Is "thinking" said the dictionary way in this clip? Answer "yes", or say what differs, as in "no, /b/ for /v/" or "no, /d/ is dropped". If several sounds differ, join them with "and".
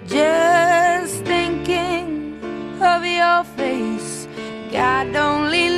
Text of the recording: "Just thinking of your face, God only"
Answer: yes